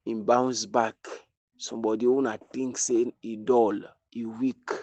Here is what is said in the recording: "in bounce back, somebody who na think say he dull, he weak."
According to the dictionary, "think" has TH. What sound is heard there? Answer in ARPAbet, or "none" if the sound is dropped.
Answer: T